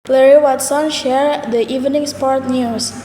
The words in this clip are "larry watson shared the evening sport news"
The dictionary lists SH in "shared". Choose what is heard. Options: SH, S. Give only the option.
SH